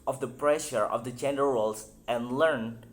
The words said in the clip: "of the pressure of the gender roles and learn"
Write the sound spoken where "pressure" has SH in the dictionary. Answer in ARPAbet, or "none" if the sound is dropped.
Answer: SH